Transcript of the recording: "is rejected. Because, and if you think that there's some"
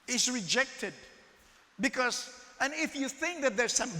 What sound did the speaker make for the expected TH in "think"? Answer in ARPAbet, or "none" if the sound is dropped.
TH